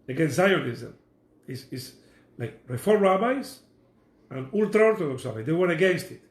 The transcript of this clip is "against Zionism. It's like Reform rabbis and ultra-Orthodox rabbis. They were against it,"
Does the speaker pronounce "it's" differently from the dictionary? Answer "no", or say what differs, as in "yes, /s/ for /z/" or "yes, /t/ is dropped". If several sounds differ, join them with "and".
yes, /s/ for /t/